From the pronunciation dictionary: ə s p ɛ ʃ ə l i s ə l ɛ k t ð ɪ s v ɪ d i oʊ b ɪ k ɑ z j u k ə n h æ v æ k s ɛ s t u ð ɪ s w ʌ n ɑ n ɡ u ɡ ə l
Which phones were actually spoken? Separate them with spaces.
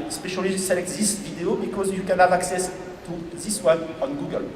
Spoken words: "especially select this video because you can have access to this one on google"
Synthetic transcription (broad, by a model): s p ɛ ʃ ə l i s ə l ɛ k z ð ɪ s v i d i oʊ b ɪ k ɑ z j u k ə n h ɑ v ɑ k s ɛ s t u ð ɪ s w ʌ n ɑ n ɡ u ɡ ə l